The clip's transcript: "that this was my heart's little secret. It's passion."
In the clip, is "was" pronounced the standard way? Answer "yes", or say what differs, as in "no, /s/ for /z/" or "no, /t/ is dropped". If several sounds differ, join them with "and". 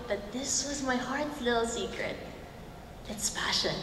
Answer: yes